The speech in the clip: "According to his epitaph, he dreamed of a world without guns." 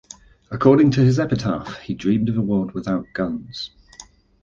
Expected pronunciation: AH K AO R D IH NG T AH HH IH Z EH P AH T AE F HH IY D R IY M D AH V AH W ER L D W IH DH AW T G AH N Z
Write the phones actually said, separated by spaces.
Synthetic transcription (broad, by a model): AH K AO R D IH NG T AH IH Z EH P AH T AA F HH IY D R IY M D AH V AH W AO D W IH DH AW T G AH N Z